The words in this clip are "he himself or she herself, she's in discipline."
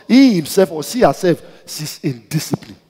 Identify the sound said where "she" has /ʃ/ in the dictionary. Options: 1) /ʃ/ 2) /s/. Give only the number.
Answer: 2